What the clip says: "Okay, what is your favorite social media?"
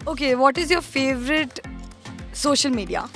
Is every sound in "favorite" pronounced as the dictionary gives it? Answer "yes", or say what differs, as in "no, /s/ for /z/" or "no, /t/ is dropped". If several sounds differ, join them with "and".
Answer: yes